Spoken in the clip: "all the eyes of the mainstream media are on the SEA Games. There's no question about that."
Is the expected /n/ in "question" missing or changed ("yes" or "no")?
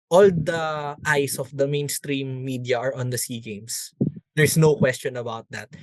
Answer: no